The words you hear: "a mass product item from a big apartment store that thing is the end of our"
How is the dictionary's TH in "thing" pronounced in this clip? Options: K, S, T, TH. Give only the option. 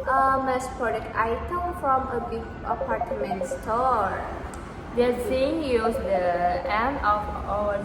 S